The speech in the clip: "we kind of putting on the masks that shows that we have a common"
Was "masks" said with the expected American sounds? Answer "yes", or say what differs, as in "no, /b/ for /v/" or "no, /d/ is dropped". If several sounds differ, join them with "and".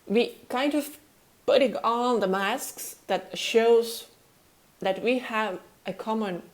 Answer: yes